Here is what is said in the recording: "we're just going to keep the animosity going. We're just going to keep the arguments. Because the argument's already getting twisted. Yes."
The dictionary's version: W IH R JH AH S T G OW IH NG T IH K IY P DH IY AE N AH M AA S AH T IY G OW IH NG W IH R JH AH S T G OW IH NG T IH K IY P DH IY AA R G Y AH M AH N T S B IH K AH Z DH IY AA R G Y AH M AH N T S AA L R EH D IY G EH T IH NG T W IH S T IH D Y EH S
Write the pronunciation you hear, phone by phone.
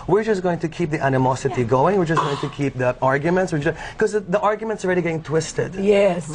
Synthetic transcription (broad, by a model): W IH R JH AH S G OW IH NG T IH K IY P DH IY AE N AH M AA S AH T IY G OW IH NG W IH R JH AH S G OW IH NG T IH K IY P DH IY AA R G Y AH M AH N T S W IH K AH Z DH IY AA R G Y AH M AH N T S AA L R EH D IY G EH T IH NG T W IH S T IH D Y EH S